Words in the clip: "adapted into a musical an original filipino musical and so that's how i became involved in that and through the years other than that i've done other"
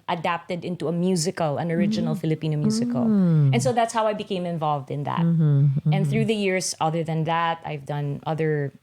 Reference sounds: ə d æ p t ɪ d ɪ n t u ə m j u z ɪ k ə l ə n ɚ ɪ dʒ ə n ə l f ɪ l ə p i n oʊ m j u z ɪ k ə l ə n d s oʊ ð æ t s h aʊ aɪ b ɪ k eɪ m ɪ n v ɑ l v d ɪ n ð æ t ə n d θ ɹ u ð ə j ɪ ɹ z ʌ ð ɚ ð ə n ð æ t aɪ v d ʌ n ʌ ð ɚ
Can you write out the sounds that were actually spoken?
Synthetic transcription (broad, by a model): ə d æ p t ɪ d ɪ n t u ə m j u z ɪ k ə l ə n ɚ ɪ dʒ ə n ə l f ɪ l ə p i n oʊ m j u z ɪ k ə l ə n s oʊ ð æ t s h aʊ aɪ b ɪ k eɪ m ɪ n v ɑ l v d ɪ n ð æ t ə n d θ ɹ u ð ə j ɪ ɹ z ʌ ð ɚ ð ə n ð æ t aɪ v d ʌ n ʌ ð ɚ